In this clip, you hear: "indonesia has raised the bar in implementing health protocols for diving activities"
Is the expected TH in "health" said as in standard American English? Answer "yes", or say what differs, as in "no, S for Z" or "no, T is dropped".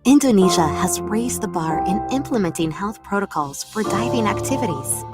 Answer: yes